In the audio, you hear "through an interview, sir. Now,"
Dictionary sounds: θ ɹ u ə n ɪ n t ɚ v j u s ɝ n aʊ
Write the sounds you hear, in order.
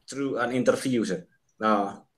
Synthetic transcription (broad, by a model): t ɹ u ə n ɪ n t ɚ f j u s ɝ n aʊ